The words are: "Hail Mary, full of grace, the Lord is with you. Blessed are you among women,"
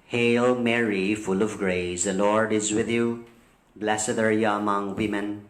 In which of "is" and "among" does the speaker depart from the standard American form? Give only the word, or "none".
none